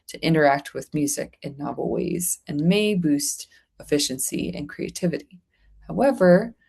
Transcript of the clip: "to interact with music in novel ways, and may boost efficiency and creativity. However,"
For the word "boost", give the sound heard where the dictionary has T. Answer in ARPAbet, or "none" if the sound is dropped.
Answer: T